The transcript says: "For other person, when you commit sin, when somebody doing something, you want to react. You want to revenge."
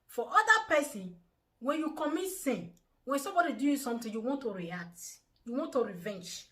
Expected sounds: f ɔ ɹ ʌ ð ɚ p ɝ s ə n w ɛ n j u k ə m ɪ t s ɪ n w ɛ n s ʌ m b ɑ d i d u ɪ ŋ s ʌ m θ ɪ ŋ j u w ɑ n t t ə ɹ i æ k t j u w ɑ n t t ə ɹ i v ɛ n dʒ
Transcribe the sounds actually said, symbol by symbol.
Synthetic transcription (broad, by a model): f ɔ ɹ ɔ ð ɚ p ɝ s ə n w ɛ n j u k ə m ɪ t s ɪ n w ɛ n s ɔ m b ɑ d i d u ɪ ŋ s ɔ m t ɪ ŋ j u w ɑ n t t ə ɹ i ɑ k t j u w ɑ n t t ə ɹ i v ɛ n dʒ